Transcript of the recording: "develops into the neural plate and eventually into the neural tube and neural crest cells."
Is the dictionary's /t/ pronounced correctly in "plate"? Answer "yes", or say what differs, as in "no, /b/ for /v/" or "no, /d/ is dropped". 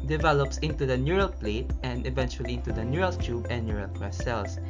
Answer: yes